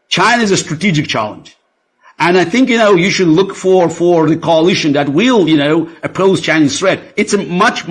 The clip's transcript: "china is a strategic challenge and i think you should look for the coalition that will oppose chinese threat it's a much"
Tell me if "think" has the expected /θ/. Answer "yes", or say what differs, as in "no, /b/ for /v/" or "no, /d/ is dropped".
yes